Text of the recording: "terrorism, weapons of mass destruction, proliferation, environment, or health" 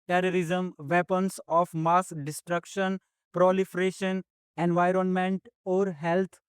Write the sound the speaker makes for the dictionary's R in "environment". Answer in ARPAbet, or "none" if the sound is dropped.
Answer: R